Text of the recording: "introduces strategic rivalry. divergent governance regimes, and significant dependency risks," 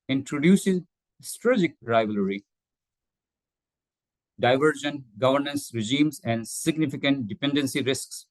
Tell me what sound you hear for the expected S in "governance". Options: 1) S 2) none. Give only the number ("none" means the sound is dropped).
1